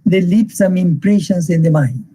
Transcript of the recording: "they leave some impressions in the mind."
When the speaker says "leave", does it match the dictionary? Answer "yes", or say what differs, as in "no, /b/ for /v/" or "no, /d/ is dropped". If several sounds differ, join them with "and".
no, /p/ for /v/